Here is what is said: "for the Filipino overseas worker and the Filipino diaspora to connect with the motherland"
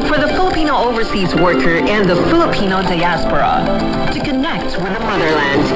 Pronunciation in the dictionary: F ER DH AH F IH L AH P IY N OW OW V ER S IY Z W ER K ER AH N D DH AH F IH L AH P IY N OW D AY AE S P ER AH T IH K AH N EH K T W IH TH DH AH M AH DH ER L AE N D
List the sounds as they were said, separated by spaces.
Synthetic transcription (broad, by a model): F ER DH AH F IH L AH P IY N OW OW V ER S IY Z W ER K ER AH N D DH AH F IH L AH P IY N OW D AY AE S P ER AH T IH K AH N EH K T W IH DH AH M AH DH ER L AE N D